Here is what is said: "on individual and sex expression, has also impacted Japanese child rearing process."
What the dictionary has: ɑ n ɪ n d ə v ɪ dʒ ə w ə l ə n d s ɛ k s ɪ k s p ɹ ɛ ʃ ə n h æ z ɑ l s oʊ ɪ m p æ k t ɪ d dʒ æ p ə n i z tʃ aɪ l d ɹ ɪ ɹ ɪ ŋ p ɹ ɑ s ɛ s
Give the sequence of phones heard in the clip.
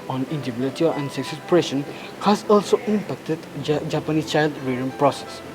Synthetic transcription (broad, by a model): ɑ n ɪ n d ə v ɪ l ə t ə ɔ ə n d s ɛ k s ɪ s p ɹ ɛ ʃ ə n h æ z ɑ l s oʊ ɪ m p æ k t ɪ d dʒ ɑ p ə n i s tʃ aɪ l d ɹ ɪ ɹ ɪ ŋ p ɹ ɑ s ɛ s